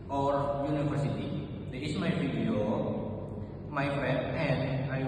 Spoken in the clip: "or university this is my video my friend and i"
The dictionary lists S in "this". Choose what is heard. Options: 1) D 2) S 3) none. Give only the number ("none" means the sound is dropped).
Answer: 3